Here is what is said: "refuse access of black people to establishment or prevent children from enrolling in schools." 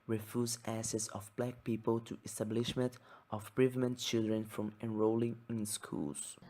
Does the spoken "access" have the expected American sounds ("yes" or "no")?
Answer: no